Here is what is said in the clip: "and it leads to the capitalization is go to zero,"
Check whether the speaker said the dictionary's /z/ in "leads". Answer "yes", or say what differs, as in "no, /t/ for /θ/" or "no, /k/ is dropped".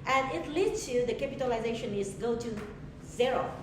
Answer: no, /z/ is dropped